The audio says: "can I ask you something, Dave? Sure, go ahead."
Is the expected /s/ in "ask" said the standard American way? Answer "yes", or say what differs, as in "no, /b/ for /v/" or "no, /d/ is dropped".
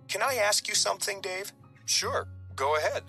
yes